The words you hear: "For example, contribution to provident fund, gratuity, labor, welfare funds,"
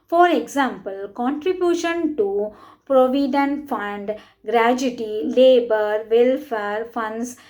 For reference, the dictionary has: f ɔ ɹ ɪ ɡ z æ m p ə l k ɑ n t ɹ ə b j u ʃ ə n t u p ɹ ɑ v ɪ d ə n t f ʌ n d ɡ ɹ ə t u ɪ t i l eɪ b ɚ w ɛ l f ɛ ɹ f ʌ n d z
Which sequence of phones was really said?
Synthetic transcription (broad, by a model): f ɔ ɹ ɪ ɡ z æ m p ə l k ɑ n t ɹ ə b j u ʃ ə n t u p ɹ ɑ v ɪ d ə n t f ʌ n d ɡ ɹ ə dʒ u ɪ t i l eɪ b ɚ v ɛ l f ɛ ɹ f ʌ n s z